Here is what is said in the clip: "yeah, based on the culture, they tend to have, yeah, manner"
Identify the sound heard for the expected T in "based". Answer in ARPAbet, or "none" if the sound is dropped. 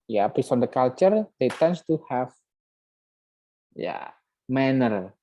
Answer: none